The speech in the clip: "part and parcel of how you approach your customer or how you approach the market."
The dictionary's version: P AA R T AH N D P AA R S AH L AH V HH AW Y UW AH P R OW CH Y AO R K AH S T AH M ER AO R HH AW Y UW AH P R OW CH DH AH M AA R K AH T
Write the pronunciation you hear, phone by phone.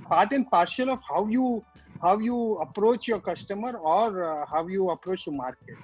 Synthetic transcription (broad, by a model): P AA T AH N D P AA R SH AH L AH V HH AW Y UW AH P R OW CH Y AO R K AH S T AH M ER AO R HH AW Y UW AH P R OW CH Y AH M AA R K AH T